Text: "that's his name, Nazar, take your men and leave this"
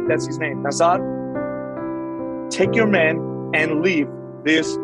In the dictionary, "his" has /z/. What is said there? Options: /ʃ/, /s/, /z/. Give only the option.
/z/